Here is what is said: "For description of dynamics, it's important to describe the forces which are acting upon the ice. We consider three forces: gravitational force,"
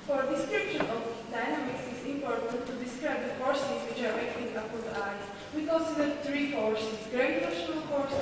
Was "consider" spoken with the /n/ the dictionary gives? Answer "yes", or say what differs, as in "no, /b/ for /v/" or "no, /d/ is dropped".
no, /l/ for /n/